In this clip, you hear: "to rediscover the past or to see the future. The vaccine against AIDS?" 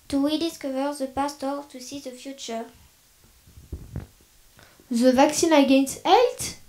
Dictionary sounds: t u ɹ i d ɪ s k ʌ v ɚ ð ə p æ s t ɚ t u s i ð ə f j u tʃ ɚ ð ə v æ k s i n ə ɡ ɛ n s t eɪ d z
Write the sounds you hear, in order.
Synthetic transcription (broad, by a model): t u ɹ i d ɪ s k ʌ v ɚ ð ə p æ s t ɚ t u s i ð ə f j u tʃ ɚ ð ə v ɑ k s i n ə ɡ ɛ n s t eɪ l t